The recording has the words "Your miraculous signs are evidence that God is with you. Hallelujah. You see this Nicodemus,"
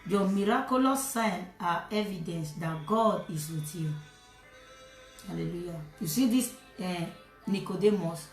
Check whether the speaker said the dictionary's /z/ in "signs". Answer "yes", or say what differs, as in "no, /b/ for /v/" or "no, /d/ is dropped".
no, /z/ is dropped